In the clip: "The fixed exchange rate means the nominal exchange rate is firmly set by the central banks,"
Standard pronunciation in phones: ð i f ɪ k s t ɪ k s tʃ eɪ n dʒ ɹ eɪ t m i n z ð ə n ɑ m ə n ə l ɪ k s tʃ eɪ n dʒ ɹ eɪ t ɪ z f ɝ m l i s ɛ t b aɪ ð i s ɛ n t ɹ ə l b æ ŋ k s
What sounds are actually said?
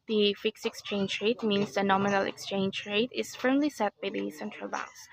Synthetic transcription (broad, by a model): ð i f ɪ k s ɪ k s tʃ eɪ n dʒ ɹ eɪ t m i n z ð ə n ɑ m ə n ə l ɪ k s tʃ eɪ n dʒ ɹ eɪ t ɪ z f ɝ m l i s ɛ t b aɪ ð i s ɛ n t ɹ ə l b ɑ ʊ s